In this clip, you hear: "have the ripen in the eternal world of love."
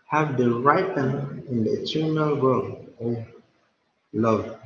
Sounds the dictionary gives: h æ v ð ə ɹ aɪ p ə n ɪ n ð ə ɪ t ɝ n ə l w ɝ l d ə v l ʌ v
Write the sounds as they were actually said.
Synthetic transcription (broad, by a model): h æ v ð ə ɹ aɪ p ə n ɪ n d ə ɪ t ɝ n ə l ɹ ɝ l ə v l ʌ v